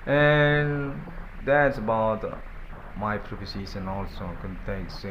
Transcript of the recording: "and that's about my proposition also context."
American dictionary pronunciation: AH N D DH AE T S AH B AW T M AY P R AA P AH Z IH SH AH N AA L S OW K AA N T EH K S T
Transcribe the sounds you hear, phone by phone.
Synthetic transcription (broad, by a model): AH N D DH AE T S AH B AW T M AY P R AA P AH S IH S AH N AA L S OW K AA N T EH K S